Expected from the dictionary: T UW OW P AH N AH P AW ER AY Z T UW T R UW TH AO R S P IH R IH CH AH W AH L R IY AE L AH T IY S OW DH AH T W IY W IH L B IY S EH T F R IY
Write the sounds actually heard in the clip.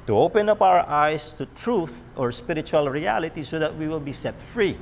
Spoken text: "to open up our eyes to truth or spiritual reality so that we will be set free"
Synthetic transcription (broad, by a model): T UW OW P AH N AH P AW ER AY S T UW T R UW TH AO R S P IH R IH CH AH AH L R IY AE L AH T IY S OW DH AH T W IY W IH L B IY S EH T F R IY